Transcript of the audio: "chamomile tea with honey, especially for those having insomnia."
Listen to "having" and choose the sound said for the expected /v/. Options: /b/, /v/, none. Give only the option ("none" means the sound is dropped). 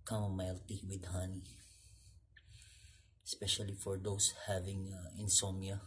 /v/